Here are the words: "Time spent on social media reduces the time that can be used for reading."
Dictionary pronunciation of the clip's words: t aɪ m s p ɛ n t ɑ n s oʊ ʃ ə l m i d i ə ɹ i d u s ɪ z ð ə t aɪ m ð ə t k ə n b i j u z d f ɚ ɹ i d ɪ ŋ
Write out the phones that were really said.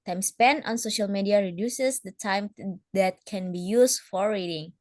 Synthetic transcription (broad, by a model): t aɪ m s p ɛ n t ɑ n s oʊ ʃ ə l m i d i ə ɹ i d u s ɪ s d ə t aɪ m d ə t k ə n b i j u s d f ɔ ɹ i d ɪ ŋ